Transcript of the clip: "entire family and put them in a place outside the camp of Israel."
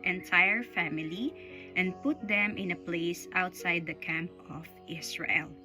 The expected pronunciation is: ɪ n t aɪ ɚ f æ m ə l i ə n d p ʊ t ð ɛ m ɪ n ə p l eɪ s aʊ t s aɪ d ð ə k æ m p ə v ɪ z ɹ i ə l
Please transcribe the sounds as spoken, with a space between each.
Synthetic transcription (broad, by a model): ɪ n t aɪ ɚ f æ m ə l i ə n d p ʊ t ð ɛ m ɪ n ə p l eɪ s aʊ t s aɪ d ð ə k æ m p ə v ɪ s ɹ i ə l